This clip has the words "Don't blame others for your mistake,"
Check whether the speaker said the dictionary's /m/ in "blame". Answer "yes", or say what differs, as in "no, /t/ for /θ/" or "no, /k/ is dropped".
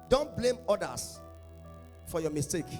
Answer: yes